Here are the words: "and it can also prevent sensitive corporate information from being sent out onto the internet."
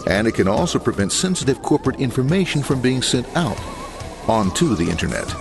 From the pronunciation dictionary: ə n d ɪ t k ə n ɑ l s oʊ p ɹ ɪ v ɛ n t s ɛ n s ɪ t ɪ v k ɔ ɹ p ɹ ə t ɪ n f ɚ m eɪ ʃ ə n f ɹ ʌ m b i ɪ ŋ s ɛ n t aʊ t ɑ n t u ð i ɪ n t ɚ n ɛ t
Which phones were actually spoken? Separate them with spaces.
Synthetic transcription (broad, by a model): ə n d ɪ t k ə n ɑ l s oʊ p ɹ ɪ v ɛ n t s ɛ n s ɪ t ɪ v k ɔ ɹ p ɹ ə t ɪ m f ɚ m eɪ ʃ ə n f ɹ ʌ m b i ɪ ŋ s ɛ n t aʊ t ɑ n t u ð i ɪ n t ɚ n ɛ t